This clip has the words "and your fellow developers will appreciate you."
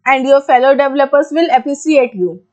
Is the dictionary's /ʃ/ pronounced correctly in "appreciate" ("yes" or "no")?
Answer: no